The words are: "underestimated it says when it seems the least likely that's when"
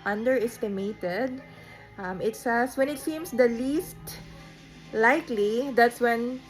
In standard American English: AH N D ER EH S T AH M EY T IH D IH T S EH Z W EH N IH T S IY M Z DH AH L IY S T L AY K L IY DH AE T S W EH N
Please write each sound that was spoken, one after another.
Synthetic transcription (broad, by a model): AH N D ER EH S T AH M EY T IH D IH T S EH S W EH N IH T S IY M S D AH L IY S T L AY K L IY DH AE T S W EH N